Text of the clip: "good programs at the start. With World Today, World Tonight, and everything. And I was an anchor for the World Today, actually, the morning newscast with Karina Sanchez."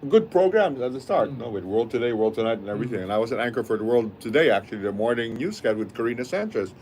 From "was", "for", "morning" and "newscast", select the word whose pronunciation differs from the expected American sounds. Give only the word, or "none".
newscast